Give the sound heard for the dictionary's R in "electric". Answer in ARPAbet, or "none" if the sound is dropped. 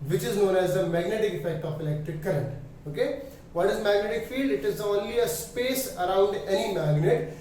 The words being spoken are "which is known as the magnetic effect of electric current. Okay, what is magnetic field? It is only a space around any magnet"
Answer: none